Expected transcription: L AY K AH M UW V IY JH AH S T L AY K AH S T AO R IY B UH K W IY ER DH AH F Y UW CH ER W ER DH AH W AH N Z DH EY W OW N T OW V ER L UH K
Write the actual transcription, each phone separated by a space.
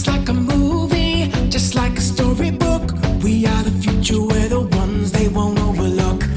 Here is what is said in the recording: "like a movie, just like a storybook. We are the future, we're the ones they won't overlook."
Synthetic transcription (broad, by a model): L AY K AH M UW V IY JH AH S T L AY K AH S T AO R IY B UH K W IY ER DH AH F Y UW CH ER W ER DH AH W AH N Z DH EY W OW N T OW V ER L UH K